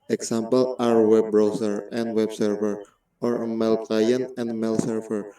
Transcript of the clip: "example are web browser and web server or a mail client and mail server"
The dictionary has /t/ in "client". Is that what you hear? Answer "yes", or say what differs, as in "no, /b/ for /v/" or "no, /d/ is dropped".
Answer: no, /t/ is dropped